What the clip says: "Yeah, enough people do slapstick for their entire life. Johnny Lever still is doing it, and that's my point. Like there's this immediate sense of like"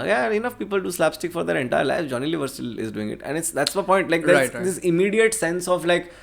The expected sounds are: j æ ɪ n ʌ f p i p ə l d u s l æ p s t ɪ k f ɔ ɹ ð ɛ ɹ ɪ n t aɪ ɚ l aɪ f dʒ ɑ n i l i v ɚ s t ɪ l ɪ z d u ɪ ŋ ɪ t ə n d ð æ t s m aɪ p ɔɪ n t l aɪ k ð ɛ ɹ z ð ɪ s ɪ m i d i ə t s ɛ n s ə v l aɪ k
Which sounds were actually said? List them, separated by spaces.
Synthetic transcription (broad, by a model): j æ ɪ n ʌ f p i p ə l d u s l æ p s t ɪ k f ɔ ɹ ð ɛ ɹ ɪ n t aɪ ɚ l aɪ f dʒ ɑ n i l i v ɚ s t ɪ l ɪ z d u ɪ ŋ ɪ t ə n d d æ t s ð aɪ p ɔɪ n t l aɪ k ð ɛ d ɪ s ɪ m i d i ə t s ɛ n s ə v l aɪ k